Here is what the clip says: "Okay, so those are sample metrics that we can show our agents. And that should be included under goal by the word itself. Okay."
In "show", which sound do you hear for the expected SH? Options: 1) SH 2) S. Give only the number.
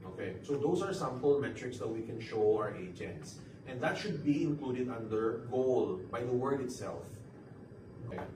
1